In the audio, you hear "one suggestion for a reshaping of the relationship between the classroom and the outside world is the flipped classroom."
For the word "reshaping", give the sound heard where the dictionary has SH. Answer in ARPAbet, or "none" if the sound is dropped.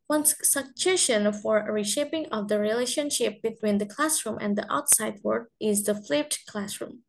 SH